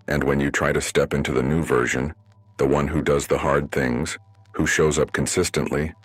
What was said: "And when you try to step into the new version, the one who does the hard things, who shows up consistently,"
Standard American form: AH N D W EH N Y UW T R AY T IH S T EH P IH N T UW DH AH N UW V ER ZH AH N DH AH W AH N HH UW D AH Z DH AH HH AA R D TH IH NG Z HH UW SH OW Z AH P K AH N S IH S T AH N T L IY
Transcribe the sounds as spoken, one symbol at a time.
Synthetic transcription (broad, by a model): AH N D W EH N Y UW T R AY T IH S T EH P IH N T UW DH AH N UW V ER ZH AH N DH AH W AH N HH UW D AH Z DH AH HH AA R D TH IH NG Z HH UW SH OW Z AH P K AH N S IH S T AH N T L IY